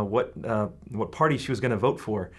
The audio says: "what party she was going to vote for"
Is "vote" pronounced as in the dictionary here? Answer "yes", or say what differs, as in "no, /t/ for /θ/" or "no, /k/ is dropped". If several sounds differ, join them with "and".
yes